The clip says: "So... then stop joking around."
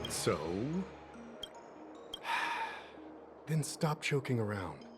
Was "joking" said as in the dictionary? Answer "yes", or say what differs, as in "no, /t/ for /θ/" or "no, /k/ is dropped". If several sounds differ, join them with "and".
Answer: no, /tʃ/ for /dʒ/